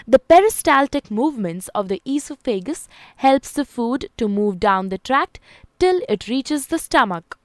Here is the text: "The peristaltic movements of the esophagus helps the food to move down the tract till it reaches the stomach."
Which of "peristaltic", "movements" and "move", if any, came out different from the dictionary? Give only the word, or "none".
none